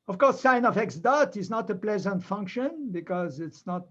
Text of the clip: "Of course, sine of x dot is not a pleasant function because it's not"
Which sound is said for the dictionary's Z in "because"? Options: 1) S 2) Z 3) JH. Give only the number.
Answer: 2